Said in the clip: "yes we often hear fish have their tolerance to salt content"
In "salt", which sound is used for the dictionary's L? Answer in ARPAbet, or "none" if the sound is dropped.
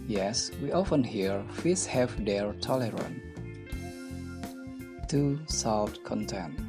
none